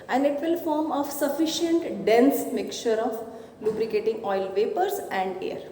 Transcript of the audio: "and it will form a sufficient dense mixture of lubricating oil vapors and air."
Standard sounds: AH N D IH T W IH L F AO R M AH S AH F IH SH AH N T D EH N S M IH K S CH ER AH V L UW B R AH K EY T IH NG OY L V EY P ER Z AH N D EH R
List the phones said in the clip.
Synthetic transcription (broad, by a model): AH N D IH T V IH L F AO R M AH S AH F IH SH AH N T D EH N S M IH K CH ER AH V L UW B R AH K EY T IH NG OY L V EY P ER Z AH N D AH R